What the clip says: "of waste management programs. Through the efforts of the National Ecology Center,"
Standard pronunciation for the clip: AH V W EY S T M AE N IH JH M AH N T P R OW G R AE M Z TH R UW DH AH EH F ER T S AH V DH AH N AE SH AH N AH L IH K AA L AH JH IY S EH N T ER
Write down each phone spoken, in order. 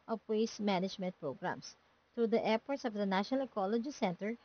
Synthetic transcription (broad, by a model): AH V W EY S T M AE N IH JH M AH N T P R OW G R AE M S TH R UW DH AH EH P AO T S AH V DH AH N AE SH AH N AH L K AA L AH JH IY S EH N T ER